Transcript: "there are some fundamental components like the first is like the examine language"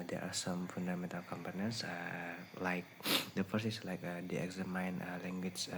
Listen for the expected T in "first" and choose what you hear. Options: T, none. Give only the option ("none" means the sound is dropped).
none